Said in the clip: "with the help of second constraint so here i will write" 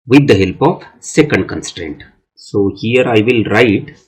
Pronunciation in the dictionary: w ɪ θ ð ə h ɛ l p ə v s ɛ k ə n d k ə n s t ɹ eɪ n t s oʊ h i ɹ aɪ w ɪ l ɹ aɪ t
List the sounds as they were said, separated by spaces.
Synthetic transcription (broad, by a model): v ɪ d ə h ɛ l p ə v s ɛ k ə n d k ə n s t ɹ eɪ n t s oʊ h i ɹ aɪ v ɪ l ɹ aɪ t